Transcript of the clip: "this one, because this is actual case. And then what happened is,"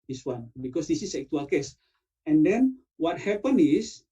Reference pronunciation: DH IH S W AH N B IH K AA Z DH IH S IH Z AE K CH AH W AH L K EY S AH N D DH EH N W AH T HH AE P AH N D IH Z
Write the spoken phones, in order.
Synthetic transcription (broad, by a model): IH S W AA N B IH K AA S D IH S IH S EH K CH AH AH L K EY S AH N D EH N W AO T HH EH P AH N IH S